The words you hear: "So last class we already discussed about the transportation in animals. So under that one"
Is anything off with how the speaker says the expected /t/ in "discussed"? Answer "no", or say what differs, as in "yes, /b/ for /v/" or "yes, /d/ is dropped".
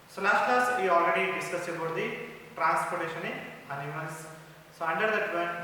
yes, /t/ is dropped